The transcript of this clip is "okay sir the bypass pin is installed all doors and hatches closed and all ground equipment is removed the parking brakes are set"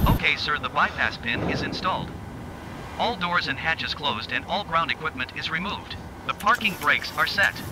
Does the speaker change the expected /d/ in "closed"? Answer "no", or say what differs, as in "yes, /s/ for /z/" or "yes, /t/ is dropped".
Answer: no